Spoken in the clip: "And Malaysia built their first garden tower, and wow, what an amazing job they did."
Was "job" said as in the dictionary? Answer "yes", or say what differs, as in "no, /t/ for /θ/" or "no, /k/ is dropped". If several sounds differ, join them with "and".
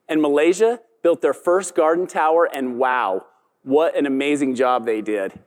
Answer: yes